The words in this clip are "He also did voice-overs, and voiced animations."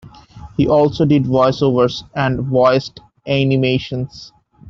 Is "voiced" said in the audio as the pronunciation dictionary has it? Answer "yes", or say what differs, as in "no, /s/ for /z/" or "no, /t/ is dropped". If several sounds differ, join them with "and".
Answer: yes